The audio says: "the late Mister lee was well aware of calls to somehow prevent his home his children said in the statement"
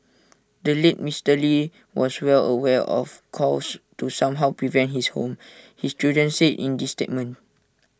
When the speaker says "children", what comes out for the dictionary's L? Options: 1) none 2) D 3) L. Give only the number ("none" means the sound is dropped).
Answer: 1